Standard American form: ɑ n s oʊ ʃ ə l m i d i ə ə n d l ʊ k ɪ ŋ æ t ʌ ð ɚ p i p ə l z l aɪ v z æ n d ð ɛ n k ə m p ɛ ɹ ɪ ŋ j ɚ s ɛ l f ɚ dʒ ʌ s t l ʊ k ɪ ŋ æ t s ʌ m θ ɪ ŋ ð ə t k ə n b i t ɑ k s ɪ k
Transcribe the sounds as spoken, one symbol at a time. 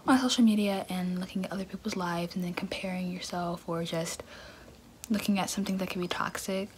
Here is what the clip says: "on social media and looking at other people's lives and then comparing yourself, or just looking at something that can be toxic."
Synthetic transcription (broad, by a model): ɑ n s oʊ ʃ l m i d i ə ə n l ʊ k ɪ ŋ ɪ t ʌ ð ɚ p i p l z l aɪ v z n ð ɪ n k m p ɛ ɹ ɪ ŋ j ɚ s ɛ l f ɚ dʒ ʌ s t l ʊ k ɪ ŋ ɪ t s ʌ m θ ɪ ŋ ð ə t k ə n b i t ɑ k s ɪ k